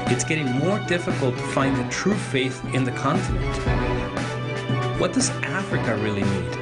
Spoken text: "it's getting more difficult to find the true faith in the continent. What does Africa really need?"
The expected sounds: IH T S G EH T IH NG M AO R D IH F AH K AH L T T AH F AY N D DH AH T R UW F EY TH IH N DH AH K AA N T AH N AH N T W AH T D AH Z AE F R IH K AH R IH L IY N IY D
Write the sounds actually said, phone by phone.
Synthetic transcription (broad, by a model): IH T S G EH T IH NG M AO R D IH F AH K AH L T T AH F AY N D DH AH T R UW F EY TH IH N DH AH K AA N T AH N AH N T W AH T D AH Z AE F R IH K AH R IH L IY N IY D